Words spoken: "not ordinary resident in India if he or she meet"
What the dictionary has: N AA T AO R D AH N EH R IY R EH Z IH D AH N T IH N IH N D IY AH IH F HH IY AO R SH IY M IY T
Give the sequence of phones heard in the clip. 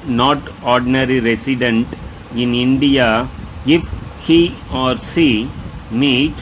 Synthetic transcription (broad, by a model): N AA T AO R D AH N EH R IY R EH S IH D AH N T IH N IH N D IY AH IH F HH IY AO R S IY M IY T